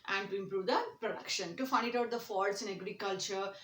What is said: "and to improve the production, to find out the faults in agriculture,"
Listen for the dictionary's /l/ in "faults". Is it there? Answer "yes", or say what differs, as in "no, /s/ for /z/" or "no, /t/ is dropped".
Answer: no, /l/ is dropped